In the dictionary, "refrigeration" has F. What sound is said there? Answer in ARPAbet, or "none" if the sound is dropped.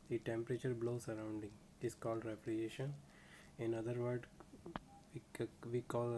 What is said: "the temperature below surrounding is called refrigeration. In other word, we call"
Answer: P